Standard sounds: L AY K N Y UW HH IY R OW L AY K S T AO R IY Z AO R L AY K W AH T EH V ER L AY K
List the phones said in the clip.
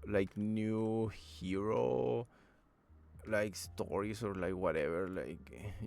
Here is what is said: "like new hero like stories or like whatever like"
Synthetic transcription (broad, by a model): L AY K N Y UW HH IY R OW L AY K S T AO R IY S AO R L AY K W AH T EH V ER L AY K